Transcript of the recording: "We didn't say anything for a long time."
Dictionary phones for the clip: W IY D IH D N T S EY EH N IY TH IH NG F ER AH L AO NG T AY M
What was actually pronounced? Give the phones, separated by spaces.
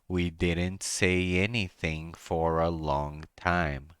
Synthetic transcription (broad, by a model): W IY D IH D N T S EY EH N IY TH IH NG F ER AH L AO NG T AY M